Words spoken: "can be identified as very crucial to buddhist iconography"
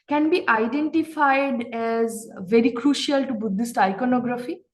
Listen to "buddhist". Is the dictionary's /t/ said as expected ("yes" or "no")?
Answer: yes